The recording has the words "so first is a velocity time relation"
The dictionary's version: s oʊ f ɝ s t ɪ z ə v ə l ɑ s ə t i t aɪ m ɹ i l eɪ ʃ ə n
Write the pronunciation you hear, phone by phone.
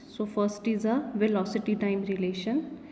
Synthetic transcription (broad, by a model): s oʊ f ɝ s t ɪ z ə v ə l ɑ s ə t i t aɪ m ɹ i l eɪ ʃ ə n